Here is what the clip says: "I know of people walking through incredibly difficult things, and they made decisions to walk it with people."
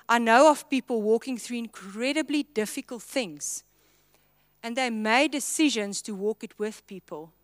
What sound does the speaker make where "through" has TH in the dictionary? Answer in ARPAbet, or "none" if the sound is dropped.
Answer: TH